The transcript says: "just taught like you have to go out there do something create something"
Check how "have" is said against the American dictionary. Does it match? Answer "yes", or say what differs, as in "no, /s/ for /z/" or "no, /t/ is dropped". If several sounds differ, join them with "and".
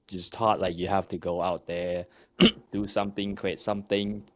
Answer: no, /f/ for /v/